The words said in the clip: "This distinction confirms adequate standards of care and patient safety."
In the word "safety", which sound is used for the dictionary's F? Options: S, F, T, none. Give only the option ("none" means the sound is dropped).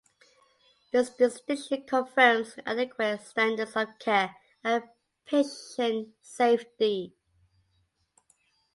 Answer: F